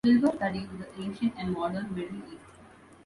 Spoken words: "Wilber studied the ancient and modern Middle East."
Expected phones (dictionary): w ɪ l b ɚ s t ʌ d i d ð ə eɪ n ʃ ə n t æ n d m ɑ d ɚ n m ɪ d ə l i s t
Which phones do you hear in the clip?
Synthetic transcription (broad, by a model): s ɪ l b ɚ s t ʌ d i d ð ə eɪ n ʃ ə n t æ n d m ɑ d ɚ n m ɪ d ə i t